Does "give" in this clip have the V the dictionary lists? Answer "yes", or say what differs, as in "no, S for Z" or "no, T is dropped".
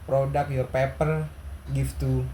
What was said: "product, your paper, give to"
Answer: no, F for V